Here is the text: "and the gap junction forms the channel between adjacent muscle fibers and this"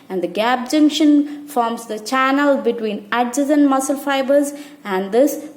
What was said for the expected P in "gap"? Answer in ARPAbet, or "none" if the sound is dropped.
B